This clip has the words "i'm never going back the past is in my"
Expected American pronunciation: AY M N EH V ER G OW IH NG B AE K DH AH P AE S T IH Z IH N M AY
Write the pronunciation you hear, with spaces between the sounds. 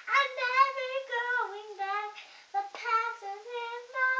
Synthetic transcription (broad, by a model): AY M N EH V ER G OW IH NG B AE K DH AH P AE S IH Z IH N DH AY